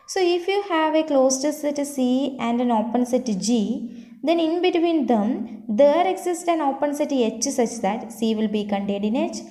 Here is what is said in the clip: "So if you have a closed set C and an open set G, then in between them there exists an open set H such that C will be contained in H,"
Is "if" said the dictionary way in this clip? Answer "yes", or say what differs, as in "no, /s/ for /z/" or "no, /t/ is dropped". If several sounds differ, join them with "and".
yes